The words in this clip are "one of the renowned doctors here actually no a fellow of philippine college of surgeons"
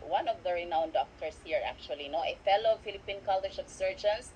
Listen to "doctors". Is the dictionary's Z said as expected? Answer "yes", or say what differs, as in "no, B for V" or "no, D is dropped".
no, S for Z